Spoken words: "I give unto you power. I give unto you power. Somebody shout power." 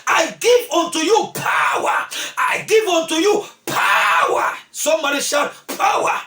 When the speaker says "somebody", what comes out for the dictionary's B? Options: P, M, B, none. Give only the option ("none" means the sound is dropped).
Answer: none